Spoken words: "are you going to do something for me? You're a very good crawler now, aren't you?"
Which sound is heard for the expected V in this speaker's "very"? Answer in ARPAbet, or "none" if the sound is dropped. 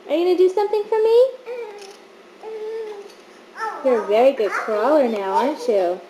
V